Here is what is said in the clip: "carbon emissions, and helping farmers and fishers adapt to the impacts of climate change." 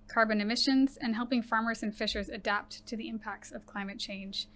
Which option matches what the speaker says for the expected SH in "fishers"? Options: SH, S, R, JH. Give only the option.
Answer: SH